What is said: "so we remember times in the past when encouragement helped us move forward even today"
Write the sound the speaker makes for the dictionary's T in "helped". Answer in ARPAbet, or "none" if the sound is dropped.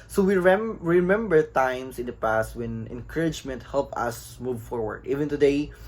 none